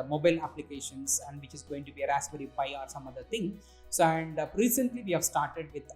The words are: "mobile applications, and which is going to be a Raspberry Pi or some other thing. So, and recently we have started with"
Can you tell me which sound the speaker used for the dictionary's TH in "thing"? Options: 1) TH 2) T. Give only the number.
2